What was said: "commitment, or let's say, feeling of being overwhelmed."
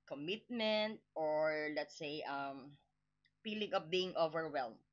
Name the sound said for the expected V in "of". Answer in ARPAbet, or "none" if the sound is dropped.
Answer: P